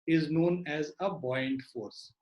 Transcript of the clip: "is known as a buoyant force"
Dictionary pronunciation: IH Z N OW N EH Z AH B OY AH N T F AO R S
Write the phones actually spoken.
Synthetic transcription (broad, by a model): IH Z N OW N EH Z AH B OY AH N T F AO R S